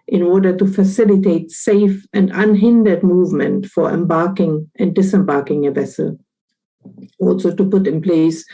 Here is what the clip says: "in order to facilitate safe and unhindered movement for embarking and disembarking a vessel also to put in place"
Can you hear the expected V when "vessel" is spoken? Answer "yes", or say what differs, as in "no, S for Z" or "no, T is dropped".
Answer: yes